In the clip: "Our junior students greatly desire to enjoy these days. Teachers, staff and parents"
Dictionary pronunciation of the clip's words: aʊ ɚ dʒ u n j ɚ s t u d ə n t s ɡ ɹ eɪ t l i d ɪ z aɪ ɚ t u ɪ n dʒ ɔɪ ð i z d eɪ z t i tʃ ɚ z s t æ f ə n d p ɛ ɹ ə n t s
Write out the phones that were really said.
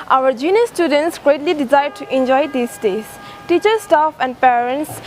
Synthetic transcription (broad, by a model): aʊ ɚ dʒ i n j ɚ s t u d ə n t s ɡ ɹ eɪ t l i d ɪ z aɪ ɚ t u ɪ n dʒ ɔɪ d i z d eɪ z t i tʃ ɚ s t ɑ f ə n d p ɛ ɹ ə n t s